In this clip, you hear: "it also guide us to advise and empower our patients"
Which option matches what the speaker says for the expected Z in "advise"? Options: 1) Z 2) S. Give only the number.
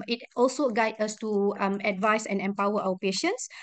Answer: 2